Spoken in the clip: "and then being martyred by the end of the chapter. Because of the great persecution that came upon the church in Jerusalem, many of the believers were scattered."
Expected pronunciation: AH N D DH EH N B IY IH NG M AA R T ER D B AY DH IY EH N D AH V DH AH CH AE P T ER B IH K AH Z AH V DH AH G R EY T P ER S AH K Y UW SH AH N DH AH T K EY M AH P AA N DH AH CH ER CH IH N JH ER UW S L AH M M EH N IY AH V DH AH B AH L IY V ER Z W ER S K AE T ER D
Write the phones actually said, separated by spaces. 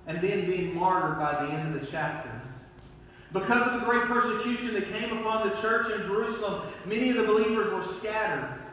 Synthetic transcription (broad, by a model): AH N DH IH N B IY IH NG M AA R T ER D B AY DH IY EH N D AH V DH AH CH AE P T ER B IH K AH Z AH V DH AH G R EY T P ER S AH K Y UW SH AH N DH AH T K EY M AH P AA N DH AH CH ER CH IH N JH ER UW S L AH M M EH N IY AH V DH AH B AH L IY V ER Z W ER S K AE T ER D